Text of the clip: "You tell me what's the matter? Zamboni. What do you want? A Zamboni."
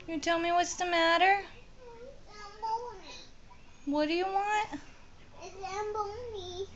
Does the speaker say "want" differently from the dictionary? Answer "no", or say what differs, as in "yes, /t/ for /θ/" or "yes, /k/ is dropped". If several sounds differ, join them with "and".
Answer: no